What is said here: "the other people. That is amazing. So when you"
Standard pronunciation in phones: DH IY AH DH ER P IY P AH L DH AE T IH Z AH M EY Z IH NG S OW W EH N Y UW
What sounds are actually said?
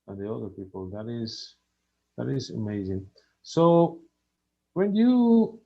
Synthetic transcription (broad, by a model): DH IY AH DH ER P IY P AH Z DH AE T IH Z AH M EY Z IH NG S OW W EH N Y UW